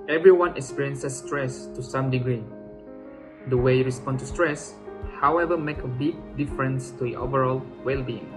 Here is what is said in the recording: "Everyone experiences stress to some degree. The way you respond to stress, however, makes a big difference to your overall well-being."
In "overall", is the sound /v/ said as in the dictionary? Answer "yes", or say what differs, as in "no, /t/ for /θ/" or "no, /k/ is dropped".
yes